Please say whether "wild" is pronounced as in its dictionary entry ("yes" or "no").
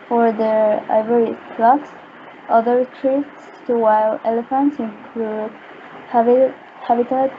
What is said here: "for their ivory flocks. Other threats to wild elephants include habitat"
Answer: no